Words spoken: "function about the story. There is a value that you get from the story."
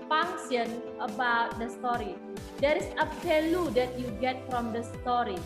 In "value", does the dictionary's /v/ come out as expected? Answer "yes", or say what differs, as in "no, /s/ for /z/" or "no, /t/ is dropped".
no, /f/ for /v/